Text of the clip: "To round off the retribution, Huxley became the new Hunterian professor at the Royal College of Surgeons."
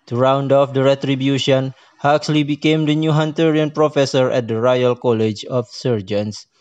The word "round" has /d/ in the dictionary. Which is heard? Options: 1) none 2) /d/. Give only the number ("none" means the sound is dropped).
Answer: 2